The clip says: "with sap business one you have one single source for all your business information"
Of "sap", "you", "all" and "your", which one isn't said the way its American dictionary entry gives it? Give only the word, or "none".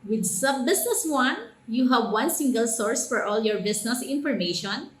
sap